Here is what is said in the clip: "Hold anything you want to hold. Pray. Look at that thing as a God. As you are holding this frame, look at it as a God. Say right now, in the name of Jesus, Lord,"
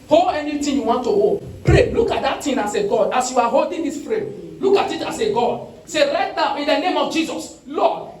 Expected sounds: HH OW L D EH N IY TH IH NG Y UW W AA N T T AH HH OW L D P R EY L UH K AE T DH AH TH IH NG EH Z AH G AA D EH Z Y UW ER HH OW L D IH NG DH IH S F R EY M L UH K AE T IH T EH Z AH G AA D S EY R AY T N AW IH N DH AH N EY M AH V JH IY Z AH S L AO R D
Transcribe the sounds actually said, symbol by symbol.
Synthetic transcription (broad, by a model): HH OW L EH N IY T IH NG Y UW W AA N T T AH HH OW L P R EY L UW K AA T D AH T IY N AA S AH G AA D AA S Y UW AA HH OW L D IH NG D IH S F R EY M L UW K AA T IH T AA S AH G AA D S EY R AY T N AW IH N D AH N EY M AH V JH IY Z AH S L AO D